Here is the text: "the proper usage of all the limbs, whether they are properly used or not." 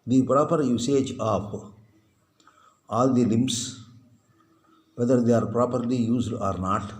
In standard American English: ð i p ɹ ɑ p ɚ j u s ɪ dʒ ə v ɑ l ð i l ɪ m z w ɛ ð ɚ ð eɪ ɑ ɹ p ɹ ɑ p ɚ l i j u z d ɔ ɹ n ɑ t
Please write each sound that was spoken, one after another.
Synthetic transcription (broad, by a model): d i p ɹ ɑ p ɚ j u s ɪ dʒ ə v ɑ l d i l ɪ m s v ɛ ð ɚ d eɪ ɑ ɹ p ɹ ɑ p ɚ l i j u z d ɔ ɹ n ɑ t